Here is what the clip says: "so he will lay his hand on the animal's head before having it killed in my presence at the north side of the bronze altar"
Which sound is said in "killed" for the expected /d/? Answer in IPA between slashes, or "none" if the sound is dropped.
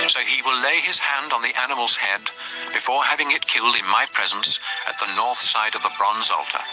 /d/